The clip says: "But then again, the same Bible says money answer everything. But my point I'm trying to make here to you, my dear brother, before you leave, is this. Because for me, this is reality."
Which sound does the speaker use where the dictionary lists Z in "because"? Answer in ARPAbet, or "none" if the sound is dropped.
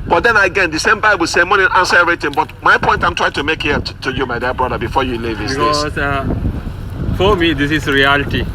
none